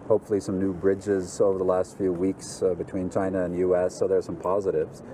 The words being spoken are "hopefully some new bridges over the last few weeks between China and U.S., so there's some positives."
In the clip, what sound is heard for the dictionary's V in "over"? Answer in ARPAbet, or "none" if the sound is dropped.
V